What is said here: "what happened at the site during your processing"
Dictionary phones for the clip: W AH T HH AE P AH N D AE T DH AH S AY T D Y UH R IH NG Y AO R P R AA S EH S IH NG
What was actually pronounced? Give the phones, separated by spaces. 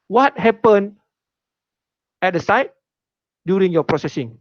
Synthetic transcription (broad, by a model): W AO T HH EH P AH N EH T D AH S AY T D Y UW R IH NG Y AO P R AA S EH S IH NG